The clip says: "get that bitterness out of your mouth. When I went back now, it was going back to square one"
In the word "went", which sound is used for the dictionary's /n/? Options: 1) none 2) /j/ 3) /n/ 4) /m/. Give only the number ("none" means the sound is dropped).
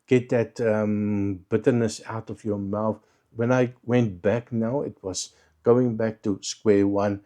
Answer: 3